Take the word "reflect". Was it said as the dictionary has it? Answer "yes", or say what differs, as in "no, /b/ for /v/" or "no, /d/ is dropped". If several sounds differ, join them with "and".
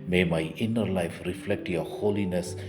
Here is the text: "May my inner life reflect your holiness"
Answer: yes